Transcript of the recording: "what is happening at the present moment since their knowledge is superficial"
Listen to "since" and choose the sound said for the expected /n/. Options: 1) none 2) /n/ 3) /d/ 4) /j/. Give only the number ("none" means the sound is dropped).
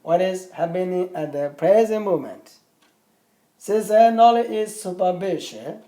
1